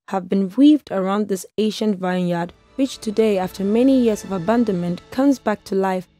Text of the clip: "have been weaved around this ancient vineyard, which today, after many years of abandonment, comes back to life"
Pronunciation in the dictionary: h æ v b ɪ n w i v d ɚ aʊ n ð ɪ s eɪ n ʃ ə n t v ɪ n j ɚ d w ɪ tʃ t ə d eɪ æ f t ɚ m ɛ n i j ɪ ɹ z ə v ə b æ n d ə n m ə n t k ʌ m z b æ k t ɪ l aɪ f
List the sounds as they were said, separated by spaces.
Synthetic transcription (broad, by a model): h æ v b ɪ n w i v d ɚ aʊ n ð ɪ s eɪ ʃ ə n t v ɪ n j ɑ d w ɪ tʃ t ə d eɪ æ f t ɚ m ɛ n i j ɪ ɹ z ə v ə b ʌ n d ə n m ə n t k ʌ m z b æ k t ɪ l aɪ f